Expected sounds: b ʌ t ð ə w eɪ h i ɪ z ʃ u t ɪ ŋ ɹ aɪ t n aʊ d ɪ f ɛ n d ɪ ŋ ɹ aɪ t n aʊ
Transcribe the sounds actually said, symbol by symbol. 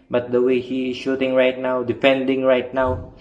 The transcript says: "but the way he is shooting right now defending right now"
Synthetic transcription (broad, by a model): b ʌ t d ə w eɪ h i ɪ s ʃ u t ɪ ŋ ɹ aɪ t n aʊ d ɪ p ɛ n d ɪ ŋ ɹ aɪ t n aʊ